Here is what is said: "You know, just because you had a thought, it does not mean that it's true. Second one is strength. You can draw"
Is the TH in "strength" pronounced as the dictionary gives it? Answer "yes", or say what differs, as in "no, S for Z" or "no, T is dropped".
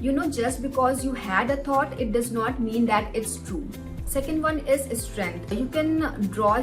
no, T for TH